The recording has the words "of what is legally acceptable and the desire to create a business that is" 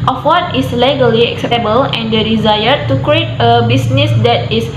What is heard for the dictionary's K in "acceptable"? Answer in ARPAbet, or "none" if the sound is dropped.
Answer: K